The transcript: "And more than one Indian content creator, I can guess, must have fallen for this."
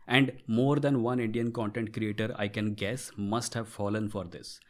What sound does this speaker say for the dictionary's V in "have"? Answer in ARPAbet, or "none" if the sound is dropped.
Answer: V